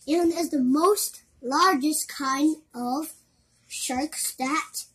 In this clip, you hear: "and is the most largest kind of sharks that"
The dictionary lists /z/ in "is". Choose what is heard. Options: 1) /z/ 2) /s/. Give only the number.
1